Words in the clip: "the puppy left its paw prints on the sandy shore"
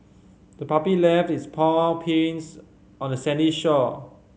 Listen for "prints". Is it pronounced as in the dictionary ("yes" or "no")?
no